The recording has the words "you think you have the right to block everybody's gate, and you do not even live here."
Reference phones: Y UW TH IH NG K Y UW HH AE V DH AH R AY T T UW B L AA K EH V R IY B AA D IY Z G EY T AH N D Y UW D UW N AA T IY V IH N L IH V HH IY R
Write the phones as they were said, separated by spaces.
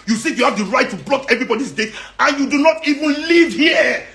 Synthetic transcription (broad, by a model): Y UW S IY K Y UW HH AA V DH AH R AY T T UW B L AA K EH V R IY B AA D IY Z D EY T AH N Y UW D UW N AA T IY V IH N L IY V HH IY